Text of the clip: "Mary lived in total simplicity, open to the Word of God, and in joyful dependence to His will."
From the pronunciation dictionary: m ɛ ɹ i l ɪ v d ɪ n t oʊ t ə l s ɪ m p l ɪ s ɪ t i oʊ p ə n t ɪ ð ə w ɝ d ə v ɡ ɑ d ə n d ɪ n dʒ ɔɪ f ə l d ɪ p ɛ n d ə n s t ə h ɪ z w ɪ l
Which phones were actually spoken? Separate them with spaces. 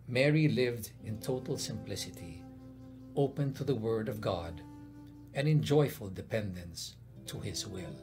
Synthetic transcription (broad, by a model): m ɛ ɹ i l ɪ v d ɪ n t oʊ t l s ɪ m p l ɪ s ɪ t i oʊ p ə n t ɪ ð ə w ɝ d ə v ɡ ɑ d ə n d ɪ n dʒ ɔɪ f ə l d ɪ p ɛ n d ə n s t ə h ɪ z w ɪ l